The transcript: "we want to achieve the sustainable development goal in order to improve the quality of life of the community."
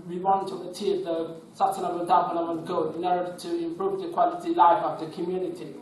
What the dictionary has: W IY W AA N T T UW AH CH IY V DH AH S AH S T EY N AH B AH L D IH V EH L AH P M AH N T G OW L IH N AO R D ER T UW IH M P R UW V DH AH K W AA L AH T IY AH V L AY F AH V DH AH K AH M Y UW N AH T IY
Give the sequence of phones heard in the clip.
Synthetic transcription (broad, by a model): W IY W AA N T T UW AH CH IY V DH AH S AH S T EY N AH B AH L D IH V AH N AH M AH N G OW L IH N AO R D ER T UW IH M P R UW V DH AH K W AA L AH T IY L AY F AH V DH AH K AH M Y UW N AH T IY